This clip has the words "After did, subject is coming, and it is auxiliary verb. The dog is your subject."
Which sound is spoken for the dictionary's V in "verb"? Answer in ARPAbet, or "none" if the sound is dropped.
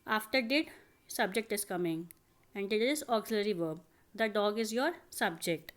V